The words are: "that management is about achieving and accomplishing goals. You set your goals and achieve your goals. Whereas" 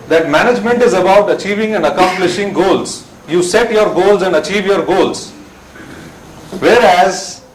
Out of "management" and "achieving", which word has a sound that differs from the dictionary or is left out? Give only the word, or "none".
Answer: none